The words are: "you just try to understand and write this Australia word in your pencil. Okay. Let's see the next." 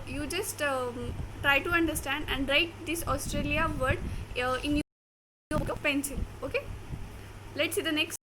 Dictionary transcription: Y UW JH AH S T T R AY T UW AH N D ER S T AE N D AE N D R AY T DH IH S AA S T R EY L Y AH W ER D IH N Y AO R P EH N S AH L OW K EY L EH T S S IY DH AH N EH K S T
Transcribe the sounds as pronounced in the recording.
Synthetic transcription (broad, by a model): Y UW JH AH S T T R AY T UW AH N D ER S T AE N D AE N D R AY T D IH S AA S T R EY L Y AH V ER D IH N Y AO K P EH N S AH N OW K EY L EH T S S IY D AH N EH K S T